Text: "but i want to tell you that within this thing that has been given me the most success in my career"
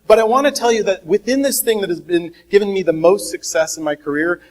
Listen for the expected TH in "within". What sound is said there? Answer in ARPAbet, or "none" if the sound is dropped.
TH